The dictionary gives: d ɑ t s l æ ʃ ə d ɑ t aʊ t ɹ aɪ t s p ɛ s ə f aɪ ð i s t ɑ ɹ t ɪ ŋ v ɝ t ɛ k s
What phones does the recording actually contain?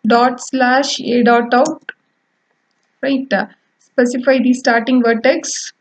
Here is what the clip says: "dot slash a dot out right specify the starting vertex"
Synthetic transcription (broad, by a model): d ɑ t s l æ ʃ ə d ɑ t aʊ t ɹ aɪ t s p ɛ s ə f aɪ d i s t ɑ ɹ t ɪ ŋ v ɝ t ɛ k s